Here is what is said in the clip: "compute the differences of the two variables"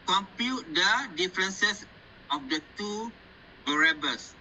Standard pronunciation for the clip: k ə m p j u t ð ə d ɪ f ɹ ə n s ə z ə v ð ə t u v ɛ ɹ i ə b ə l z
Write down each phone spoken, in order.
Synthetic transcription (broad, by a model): k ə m p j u t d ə d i f ɹ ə n s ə s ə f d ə t u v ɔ ɹ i b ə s